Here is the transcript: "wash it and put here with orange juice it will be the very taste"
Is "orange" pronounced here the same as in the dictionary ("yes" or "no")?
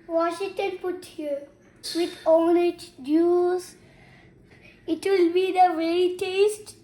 no